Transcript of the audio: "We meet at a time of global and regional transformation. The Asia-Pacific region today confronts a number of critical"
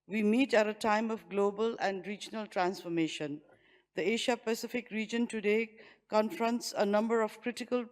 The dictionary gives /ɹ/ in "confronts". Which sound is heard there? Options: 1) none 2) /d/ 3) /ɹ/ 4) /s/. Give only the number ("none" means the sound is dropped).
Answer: 3